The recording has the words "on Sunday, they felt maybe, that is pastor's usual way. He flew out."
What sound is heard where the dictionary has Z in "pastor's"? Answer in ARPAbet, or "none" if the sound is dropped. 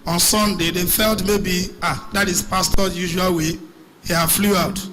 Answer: none